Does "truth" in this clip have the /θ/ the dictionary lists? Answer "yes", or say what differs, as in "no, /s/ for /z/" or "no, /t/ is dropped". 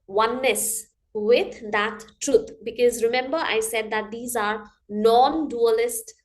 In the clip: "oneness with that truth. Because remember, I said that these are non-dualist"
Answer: no, /t/ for /θ/